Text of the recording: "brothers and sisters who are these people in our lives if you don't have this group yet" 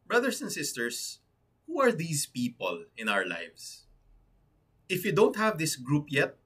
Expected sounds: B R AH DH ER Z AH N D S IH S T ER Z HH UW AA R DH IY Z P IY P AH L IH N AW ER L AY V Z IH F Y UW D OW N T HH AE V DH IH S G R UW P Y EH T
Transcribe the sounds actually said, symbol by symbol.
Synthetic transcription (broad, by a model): B R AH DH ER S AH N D S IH S T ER S HH UW AA R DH IY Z P IY P AH L IH N AW ER L AY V S IH F Y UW D OW N T HH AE V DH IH S G R UW P Y EH T